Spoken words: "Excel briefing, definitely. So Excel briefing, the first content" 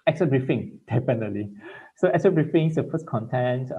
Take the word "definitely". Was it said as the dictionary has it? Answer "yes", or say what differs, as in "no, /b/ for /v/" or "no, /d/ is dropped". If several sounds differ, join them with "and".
no, /p/ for /f/